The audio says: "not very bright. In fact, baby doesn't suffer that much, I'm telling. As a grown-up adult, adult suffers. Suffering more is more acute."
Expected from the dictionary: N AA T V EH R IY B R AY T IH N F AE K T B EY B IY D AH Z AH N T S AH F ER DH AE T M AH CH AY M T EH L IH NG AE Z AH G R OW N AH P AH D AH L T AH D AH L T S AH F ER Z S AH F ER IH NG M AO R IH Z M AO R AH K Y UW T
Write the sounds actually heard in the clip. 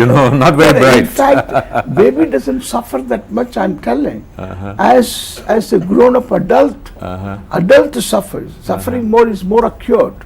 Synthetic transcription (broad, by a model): N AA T V EH R IY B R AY IH N F AE K T B EY B IY D AH Z AH N T S AH F ER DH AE T M AH CH AY M T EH L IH NG AE Z AH G R OW N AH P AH D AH L T AH D AH L T S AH F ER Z S AH F ER IH NG M AO R IH Z M AO R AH K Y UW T